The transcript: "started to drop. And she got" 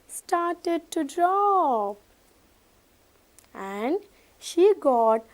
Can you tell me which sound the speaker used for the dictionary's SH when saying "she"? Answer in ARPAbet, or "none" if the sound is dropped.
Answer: SH